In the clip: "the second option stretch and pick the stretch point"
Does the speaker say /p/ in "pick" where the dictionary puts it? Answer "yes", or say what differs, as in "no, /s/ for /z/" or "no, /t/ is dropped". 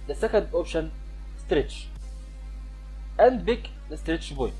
no, /b/ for /p/